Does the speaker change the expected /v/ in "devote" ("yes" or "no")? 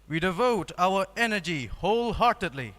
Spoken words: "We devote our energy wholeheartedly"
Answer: no